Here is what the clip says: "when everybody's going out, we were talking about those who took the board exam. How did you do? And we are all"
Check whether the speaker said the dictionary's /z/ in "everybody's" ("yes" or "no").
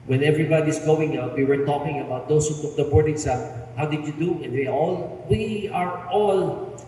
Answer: no